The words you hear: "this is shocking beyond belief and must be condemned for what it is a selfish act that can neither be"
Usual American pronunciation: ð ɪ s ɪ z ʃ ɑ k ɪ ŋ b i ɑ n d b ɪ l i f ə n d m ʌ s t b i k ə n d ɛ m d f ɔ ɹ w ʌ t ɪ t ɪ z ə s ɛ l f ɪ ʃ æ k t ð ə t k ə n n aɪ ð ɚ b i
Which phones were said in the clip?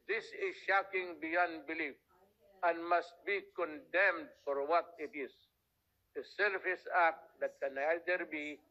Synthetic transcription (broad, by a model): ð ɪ s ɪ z ʃ ɑ k ɪ ŋ b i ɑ n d b ɪ l i f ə n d m ʌ s t b i k ə n d ɛ m d f ɔ ɹ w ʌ t ɪ t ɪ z ə s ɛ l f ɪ s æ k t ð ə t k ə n n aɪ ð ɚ b i